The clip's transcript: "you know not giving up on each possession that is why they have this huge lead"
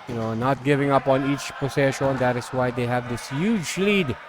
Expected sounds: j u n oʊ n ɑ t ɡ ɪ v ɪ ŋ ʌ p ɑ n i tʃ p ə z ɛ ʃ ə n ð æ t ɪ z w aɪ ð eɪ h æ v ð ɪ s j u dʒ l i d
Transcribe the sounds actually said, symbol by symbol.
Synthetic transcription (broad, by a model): j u n oʊ n ɑ t ɡ ɪ v ɪ ŋ ʌ p ɑ n i tʃ p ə s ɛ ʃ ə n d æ t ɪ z w aɪ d eɪ h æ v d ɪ s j u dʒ l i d